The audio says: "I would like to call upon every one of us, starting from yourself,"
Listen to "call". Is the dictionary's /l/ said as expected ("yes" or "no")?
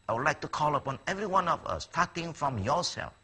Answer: yes